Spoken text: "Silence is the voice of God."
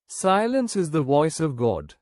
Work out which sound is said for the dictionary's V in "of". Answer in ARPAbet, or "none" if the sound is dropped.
V